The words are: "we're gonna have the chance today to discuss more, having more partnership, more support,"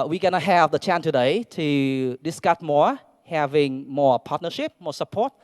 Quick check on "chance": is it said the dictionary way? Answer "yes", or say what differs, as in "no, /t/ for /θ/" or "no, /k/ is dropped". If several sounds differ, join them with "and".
no, /s/ is dropped